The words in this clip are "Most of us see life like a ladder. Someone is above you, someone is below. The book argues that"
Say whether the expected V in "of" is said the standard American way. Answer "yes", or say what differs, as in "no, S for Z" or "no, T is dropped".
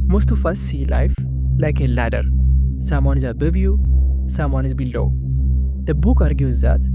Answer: no, F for V